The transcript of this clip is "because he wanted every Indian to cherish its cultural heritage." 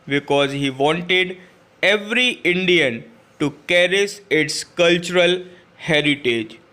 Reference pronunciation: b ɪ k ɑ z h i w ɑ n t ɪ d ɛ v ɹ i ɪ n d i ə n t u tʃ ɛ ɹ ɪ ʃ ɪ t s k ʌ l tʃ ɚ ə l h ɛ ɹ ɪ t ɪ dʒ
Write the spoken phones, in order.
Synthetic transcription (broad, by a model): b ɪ k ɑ z h i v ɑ n t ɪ d ɛ v ɹ i ɪ n d i ə n t u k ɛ ɹ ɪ s ɪ t s k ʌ l tʃ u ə l h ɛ ɹ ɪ t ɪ dʒ